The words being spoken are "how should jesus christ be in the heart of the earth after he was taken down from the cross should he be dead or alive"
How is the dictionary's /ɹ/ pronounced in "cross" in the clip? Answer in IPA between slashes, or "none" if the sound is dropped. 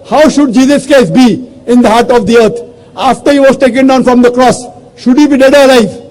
/ɹ/